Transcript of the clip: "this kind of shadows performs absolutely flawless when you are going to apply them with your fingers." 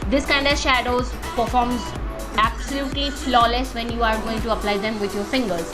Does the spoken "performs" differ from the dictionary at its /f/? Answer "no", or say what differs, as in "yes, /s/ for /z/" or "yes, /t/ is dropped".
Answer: no